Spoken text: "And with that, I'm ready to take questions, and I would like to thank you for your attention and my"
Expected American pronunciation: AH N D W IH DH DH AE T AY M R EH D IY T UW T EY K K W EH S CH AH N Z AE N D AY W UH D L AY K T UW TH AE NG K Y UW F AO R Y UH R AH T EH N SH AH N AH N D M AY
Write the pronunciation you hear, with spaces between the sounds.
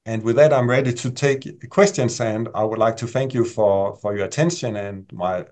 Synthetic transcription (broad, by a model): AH N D W IH DH DH AE T AY M R EH D IY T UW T EY K K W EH S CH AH N S AE N D AY W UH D L AY K T UW TH AE NG K Y UW F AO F Y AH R AH T EH N SH AH N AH N M AY